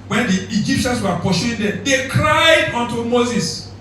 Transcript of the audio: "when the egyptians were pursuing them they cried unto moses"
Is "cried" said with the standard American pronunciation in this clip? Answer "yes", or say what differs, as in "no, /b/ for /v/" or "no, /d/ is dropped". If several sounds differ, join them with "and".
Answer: yes